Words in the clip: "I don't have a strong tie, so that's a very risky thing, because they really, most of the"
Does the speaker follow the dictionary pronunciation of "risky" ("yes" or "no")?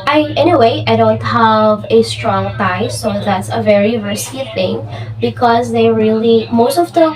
no